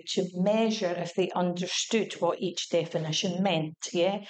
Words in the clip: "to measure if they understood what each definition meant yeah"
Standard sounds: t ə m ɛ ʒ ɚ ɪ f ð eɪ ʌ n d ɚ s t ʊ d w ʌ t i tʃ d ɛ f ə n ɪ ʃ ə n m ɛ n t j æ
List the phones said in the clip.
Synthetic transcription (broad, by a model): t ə m ɛ ʒ ɚ ɪ f ð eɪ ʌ n d ɚ s t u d w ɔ t i tʃ d ɛ f ə n ɪ ʃ ə n m ɛ n t j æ